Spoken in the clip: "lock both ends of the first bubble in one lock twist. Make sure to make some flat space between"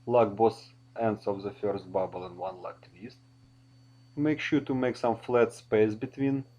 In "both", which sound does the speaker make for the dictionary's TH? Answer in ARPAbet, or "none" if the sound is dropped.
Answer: S